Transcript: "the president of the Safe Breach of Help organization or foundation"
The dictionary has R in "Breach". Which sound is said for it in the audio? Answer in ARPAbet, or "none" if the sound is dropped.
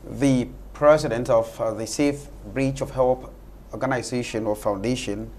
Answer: R